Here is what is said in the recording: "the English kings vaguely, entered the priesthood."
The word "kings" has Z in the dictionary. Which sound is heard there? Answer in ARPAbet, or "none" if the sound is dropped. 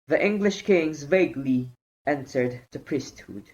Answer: Z